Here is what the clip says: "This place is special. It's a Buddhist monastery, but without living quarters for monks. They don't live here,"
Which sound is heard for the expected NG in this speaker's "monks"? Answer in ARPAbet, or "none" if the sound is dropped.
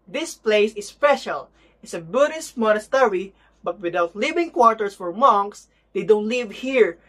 NG